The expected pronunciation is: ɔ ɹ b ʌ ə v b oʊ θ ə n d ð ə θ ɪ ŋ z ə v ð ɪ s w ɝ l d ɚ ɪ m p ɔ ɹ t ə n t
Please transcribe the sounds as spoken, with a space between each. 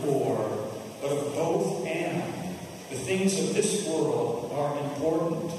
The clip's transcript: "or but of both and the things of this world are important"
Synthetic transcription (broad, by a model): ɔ ɹ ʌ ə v b oʊ θ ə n ð ə θ ɪ ŋ z ə v ð ɪ s w ɝ l d ɚ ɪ m p ɔ ɹ t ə n t